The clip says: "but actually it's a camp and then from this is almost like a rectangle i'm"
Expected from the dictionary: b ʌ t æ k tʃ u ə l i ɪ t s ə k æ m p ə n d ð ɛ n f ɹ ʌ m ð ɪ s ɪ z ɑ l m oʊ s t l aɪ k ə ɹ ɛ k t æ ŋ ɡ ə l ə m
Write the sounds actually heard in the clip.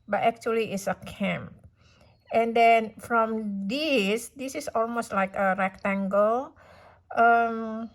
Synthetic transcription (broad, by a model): b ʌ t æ k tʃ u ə l i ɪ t s ə k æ m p ə n d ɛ n f ɹ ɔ m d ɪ s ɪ s ɑ l m oʊ s t l aɪ k ə ɹ ɛ k t æ ŋ ɡ ə l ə m